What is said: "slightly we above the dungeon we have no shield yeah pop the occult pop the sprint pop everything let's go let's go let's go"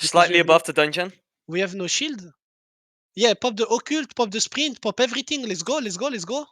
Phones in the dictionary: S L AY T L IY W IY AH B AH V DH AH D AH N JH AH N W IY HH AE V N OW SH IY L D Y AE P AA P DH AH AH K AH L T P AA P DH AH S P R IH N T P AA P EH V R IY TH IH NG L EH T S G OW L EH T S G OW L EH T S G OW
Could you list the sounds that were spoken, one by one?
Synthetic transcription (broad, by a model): S L AY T L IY IY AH B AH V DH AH D AH N JH AH N W IY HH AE V N OW SH IY L D Y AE P AA P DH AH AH K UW L T P AA P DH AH S P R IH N T P AA P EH V R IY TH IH NG L EH T S G OW L EH T S G OW L EH T S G OW